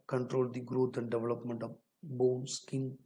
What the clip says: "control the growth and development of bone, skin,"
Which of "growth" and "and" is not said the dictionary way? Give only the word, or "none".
growth